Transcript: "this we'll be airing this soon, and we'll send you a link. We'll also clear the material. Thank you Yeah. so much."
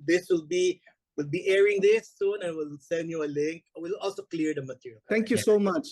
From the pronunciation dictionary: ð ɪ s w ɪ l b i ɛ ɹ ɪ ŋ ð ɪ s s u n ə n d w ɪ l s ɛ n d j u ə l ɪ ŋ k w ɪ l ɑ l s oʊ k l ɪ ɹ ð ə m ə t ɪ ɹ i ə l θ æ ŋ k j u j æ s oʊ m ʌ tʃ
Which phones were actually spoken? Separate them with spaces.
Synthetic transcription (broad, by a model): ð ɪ s w ɪ l b i ɛ ɹ ɪ ŋ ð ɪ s s u n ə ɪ w ɪ l s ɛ n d j u ə l ɪ ŋ k w ɪ l ɑ l s oʊ k l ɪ ɹ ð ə m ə t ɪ ɹ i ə l t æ ŋ k j u s oʊ m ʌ tʃ